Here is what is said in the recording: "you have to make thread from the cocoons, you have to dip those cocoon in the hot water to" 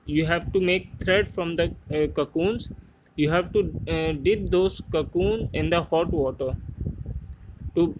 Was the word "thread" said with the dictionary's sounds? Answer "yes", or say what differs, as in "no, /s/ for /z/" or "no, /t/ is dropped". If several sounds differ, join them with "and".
no, /t/ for /θ/